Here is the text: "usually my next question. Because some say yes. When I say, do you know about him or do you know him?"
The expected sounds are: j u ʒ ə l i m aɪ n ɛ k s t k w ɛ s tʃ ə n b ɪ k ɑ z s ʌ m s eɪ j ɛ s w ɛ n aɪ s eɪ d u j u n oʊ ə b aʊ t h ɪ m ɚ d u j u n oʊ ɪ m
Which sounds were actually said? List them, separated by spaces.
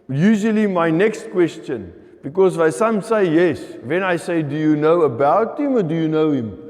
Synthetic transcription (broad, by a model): j u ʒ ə l i m aɪ n ɛ k s t k w ɛ s tʃ ə n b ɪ k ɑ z s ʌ m s eɪ j ɛ s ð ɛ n aɪ s eɪ d u j u n oʊ ə b aʊ t h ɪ m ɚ d u j u n oʊ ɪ m